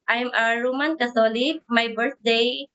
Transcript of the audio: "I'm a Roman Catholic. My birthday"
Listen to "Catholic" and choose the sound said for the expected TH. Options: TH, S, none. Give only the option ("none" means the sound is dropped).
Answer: S